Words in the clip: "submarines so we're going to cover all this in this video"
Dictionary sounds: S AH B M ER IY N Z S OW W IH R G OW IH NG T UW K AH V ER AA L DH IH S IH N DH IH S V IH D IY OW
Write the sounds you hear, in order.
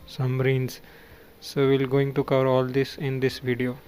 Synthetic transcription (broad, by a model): S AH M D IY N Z S OW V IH L G OW IH NG T UW K AH V ER AA L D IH S IH N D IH S V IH D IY OW